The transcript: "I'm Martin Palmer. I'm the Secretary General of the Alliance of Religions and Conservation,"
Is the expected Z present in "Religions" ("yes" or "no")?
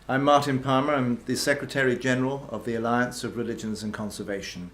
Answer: yes